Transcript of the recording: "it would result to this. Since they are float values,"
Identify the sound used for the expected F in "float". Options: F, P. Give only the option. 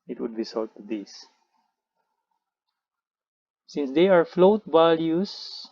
F